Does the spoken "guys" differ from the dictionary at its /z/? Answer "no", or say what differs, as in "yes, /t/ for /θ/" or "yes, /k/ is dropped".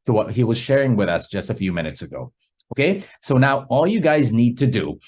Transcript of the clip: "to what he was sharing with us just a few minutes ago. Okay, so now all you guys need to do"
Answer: no